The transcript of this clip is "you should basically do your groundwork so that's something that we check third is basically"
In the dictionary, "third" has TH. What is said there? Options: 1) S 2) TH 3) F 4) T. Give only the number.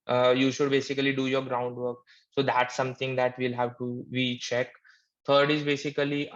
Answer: 4